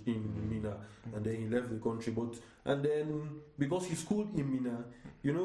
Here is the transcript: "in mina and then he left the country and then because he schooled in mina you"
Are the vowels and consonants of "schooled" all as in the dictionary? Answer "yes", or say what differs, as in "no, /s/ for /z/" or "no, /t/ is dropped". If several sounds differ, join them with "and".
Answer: yes